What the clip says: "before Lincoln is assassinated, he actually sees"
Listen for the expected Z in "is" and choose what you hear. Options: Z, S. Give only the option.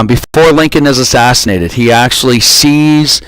Z